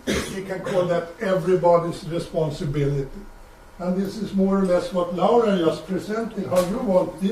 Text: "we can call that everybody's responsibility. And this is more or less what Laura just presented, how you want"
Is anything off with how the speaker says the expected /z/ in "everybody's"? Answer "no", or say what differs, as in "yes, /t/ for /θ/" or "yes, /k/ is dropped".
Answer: yes, /s/ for /z/